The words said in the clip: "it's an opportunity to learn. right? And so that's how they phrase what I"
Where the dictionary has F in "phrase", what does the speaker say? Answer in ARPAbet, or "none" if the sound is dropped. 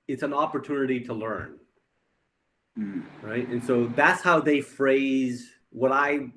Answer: F